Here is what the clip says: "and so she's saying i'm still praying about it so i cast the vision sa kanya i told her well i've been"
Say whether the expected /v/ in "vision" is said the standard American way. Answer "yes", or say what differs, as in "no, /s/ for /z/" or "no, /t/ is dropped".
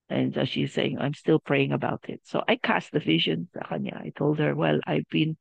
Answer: yes